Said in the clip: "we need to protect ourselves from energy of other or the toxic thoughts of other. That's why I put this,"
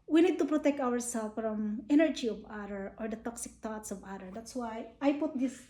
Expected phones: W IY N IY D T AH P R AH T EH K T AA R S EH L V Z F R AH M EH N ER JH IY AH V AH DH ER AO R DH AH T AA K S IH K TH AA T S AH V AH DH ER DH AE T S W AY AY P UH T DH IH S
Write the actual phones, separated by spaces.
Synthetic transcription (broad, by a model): W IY N IY D T AH P R AH T EH K T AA R S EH L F R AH M EH N ER JH IY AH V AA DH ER AO R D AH T AA K S IH K T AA T S AH V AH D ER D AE T S W AY AY P UH T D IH S